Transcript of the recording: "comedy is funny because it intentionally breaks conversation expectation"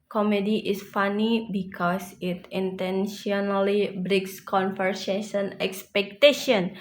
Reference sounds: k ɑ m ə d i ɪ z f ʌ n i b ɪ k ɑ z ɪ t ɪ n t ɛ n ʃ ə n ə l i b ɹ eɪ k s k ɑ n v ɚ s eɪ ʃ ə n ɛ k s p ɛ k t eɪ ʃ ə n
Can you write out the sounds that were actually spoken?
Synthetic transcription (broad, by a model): k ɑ m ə d i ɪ s f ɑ n i b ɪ k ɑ s ɪ t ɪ n t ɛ n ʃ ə n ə l i b ɹ eɪ k s k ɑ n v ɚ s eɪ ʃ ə n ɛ k s p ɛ k t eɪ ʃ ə n